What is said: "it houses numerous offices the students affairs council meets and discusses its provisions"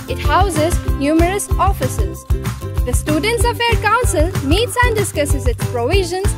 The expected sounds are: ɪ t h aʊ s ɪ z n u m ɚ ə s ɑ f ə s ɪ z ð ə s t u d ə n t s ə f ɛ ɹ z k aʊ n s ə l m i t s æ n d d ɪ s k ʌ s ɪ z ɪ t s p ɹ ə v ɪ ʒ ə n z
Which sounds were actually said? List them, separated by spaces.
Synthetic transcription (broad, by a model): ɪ t h aʊ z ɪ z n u m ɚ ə s ɑ f ə s ɪ z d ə s t u d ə n t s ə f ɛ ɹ k aʊ n s ə l m i t s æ n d d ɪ s k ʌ s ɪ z ɪ t s p ɹ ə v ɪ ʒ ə n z